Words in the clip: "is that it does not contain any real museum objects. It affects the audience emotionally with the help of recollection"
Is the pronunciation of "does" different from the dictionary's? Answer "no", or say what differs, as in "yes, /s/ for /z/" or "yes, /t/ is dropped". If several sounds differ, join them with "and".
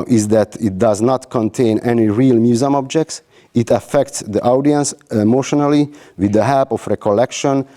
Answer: no